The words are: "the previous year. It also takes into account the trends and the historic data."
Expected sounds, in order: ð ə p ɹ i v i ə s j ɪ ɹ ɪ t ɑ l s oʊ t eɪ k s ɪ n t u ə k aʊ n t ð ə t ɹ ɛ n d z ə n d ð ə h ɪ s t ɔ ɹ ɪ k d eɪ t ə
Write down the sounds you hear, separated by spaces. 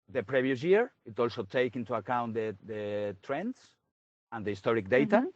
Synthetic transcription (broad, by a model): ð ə p ɹ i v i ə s j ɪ ɹ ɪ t ɑ l s oʊ t eɪ k ɪ n t u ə k aʊ n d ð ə t ɹ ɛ n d s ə n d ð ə h ɪ s t ɔ ɹ ɪ k d eɪ t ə